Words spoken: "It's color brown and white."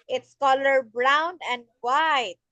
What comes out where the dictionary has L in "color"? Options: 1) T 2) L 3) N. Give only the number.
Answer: 2